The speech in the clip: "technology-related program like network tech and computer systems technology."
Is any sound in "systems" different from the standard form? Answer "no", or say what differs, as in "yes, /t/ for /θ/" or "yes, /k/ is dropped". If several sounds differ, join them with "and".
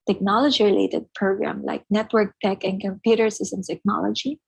yes, /z/ is dropped